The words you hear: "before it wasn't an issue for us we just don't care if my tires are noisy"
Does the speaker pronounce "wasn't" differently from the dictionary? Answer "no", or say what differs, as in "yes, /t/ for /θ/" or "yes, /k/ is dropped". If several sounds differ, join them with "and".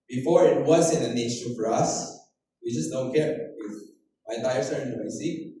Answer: yes, /t/ is dropped